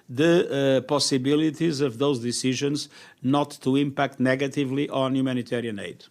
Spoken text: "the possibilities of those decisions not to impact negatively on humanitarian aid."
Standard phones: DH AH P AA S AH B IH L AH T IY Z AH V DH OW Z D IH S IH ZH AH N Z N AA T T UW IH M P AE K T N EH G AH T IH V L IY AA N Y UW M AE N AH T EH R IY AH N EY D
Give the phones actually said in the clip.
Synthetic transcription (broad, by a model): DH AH P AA S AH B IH L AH T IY Z AH V DH OW Z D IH S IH ZH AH N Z N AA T T UW IH M P AE K T N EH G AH T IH V L IY AA N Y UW M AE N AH T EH R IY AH N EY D